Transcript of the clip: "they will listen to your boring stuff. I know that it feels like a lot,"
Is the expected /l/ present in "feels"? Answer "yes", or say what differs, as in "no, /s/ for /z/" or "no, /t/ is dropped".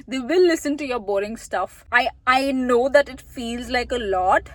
yes